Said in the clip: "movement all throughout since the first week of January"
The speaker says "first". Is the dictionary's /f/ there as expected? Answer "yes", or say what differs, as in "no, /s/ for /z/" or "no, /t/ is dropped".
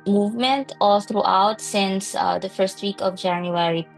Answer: yes